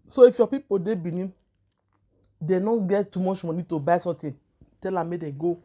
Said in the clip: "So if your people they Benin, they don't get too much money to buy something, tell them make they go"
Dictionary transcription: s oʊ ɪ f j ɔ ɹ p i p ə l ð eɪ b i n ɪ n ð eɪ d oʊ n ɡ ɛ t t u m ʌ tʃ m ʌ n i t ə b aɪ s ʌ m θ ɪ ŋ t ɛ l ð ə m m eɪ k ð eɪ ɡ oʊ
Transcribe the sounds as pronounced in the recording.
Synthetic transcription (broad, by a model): s oʊ ɪ f j ɔ p i p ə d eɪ b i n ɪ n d eɪ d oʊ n ɡ ɛ t t u m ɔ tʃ m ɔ n i t ə b aɪ s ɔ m t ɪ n t ɛ l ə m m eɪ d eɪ ɡ oʊ